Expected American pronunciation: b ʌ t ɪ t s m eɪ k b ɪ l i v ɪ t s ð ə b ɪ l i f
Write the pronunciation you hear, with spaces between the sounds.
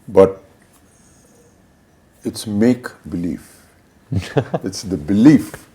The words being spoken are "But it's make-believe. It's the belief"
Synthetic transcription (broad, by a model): b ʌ t ɪ t s m eɪ k b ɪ l i f ɪ t s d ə b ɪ l i f